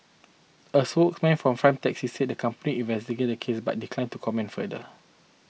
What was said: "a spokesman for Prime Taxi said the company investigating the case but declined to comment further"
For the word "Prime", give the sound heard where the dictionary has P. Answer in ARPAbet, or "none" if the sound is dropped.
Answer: F